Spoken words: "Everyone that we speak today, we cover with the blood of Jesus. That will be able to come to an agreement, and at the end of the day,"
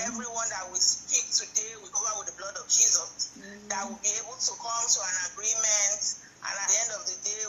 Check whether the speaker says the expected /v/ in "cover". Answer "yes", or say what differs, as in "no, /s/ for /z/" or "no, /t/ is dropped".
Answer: no, /v/ is dropped